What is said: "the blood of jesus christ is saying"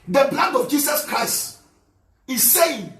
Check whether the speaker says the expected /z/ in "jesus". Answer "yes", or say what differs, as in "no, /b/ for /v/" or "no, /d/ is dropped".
no, /s/ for /z/